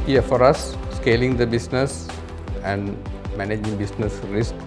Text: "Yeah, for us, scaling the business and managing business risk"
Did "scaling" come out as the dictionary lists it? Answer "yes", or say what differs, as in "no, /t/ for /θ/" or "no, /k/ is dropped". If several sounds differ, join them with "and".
yes